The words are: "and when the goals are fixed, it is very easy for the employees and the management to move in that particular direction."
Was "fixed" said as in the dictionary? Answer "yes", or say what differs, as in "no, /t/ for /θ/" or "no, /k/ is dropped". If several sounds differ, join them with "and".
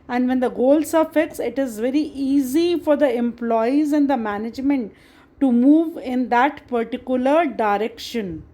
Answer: no, /t/ is dropped